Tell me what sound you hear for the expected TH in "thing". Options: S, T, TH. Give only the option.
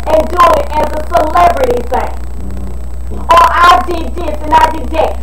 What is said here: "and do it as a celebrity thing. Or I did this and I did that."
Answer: S